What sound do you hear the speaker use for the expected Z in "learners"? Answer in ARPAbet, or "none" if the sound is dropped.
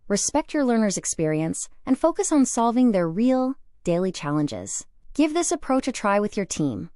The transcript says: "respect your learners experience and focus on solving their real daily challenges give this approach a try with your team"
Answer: Z